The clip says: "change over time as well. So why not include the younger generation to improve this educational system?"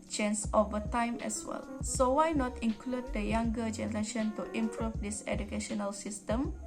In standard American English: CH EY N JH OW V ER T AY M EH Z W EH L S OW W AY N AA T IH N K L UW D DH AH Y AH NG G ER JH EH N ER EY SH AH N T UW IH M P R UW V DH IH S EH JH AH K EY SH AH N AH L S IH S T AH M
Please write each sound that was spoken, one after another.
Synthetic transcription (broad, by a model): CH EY N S OW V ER T AY M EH S W EH L S OW W AY N AA T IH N K L UW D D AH Y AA NG G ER JH EH N ER EY SH AH N T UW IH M P R UW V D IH S EH JH AH K EY SH AH N AH L S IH S T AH M